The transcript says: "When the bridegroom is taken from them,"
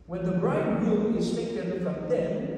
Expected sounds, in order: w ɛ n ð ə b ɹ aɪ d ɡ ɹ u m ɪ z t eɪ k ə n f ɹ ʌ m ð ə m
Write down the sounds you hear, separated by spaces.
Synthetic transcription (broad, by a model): w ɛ n ð ə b ɹ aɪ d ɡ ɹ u ɪ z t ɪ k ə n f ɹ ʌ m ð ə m